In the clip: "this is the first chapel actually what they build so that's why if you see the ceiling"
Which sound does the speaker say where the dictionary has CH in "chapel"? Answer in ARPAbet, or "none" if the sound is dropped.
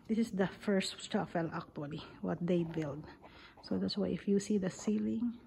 S